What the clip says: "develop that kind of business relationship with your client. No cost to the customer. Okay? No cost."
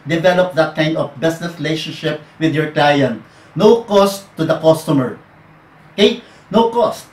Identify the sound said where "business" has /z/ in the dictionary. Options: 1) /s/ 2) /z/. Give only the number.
1